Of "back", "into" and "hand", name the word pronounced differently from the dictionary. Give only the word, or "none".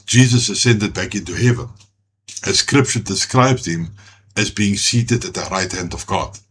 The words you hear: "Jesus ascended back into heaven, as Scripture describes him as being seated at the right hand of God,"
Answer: none